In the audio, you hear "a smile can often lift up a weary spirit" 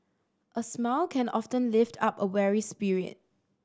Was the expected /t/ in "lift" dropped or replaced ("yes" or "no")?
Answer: no